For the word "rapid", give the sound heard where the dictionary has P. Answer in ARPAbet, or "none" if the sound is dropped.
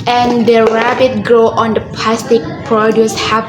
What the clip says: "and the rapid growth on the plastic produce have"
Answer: B